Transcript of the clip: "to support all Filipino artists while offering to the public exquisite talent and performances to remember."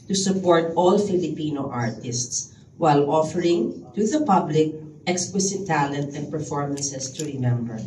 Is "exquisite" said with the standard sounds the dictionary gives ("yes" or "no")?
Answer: no